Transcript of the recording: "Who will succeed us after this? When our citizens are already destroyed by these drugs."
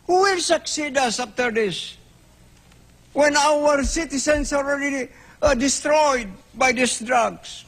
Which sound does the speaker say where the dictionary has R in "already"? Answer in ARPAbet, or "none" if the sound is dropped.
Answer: L